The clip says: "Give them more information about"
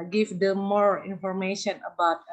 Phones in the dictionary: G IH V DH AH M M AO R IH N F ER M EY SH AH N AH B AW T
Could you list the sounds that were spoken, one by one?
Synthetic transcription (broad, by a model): G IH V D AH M M AO R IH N F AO M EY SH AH N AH B AW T